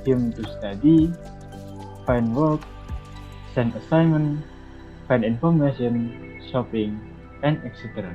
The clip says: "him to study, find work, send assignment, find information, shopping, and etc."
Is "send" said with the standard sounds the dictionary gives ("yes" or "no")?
no